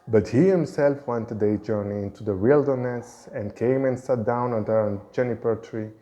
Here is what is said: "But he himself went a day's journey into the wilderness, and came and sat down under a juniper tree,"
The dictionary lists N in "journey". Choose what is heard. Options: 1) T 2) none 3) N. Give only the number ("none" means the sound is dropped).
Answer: 3